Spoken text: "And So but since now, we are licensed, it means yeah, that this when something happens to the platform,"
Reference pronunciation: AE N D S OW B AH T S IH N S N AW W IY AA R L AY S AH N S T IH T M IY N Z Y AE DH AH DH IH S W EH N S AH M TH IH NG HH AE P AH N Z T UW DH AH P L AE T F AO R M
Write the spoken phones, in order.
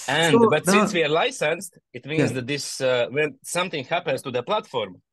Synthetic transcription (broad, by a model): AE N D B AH T S IH N S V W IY AA R L AY S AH N S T IH T M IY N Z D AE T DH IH S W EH N S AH M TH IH NG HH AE P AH N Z T UW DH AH P L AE T F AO R M